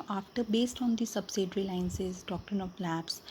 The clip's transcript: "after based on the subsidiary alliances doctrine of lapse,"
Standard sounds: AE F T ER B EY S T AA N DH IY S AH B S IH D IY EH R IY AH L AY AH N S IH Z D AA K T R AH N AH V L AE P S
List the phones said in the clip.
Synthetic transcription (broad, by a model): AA F T ER B EY S T AA N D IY S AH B S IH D R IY L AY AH N S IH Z D AA K T R AH N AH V L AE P S